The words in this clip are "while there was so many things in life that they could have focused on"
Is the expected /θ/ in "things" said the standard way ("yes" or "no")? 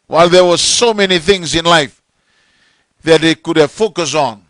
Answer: yes